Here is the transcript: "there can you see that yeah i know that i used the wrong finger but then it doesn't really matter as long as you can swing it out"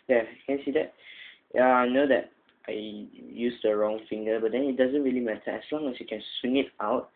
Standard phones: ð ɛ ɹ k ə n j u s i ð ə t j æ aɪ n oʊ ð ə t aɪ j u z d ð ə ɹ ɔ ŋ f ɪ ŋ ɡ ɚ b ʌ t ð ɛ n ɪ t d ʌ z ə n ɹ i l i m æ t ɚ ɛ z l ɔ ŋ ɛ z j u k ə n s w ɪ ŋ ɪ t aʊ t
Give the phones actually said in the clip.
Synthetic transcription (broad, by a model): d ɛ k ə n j s i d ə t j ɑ aɪ n oʊ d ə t aɪ j u s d ə ɹ ɔ ŋ f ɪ ŋ ɡ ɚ b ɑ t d ɛ n ɪ t d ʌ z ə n ɹ i l i m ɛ t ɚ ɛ s l ɔ ŋ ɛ s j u k ə n s w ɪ ŋ ɪ t aʊ t